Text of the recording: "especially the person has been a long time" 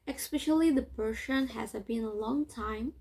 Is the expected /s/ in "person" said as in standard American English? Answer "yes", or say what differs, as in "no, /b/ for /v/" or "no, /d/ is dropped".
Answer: no, /ʃ/ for /s/